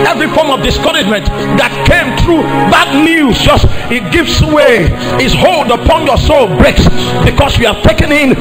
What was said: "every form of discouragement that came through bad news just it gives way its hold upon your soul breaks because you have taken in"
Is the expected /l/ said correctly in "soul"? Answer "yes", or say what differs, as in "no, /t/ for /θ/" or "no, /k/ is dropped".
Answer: yes